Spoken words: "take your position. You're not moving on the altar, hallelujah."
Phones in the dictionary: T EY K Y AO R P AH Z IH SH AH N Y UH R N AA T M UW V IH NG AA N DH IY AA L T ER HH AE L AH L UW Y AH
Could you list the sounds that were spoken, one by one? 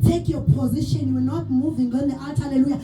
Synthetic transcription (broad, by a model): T EY K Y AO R P AH Z IH SH AH N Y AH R N AA T M UW V IH NG AA N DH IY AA T HH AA L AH L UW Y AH